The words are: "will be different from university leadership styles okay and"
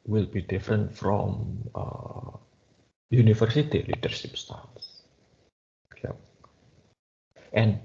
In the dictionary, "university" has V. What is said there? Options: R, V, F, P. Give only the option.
F